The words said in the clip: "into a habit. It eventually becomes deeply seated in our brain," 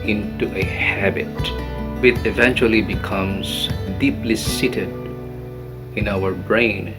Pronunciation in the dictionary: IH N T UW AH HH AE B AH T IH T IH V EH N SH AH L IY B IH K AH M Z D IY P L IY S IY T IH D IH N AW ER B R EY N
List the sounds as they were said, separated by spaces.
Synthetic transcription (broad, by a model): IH N T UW AH HH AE B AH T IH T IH V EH N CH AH L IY B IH K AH M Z D IY P L IY S IY T IH D IH N AW ER B R EY N